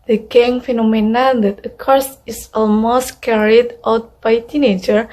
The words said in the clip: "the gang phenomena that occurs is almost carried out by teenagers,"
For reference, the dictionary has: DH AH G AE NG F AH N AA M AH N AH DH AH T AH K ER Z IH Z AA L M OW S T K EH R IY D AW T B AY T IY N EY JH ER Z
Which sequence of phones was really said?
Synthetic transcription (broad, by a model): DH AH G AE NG F AH N AA M AH N AH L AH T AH K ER S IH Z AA L M OW S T K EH R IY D AW T B AY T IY N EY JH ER